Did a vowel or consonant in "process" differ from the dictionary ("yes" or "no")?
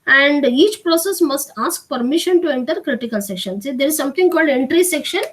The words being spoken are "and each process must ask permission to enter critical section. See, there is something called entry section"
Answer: no